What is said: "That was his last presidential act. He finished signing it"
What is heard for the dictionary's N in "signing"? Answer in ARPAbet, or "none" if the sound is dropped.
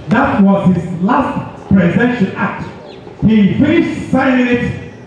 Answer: none